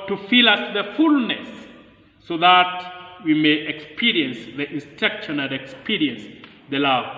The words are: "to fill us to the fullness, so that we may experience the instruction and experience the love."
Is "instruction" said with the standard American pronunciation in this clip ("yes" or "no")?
no